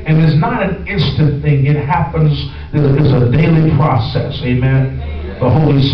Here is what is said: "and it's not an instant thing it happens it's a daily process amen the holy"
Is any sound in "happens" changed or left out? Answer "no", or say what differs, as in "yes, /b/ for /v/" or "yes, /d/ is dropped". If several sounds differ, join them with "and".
no